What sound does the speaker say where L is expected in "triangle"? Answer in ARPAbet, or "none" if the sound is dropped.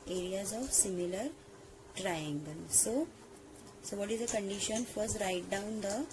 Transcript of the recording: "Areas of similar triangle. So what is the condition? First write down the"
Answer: N